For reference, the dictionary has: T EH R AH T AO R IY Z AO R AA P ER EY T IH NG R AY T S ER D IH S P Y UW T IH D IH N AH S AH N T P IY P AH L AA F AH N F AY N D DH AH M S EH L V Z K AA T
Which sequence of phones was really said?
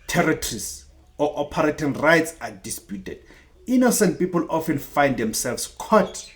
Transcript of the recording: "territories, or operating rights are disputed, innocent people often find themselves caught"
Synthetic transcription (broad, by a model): T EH R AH T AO R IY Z AO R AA P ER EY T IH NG R AY T S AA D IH S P Y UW T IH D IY N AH S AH N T P IY P AH L AA F AH N F AY N D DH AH M S EH L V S K AA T